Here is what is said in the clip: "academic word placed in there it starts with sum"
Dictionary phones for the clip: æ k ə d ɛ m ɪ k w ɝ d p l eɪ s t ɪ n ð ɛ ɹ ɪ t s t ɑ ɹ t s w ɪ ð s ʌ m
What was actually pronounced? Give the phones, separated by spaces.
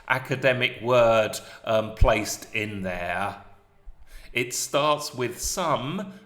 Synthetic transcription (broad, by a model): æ k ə d ɛ m ɪ k w ɝ d p l eɪ s t ɪ n ð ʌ ɹ ɪ t s t ɑ ɹ t s w ɪ ð s ʌ m